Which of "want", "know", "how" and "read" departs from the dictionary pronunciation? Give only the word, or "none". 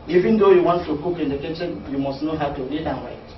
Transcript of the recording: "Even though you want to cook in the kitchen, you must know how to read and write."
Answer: read